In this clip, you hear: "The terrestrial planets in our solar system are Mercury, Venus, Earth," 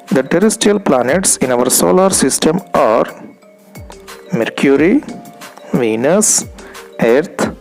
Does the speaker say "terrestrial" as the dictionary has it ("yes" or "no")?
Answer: no